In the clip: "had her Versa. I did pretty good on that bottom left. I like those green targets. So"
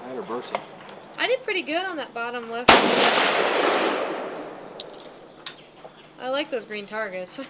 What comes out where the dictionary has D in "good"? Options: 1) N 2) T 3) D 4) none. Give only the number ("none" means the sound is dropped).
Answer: 3